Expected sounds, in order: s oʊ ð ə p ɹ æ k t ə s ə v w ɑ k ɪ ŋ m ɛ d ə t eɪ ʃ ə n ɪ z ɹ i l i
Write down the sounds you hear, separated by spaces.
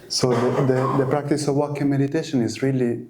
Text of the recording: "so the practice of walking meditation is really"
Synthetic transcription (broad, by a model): s oʊ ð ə p ɹ æ k t ə s ə v w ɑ k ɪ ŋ m ɛ d ə t eɪ ʃ ə n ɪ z ɹ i l i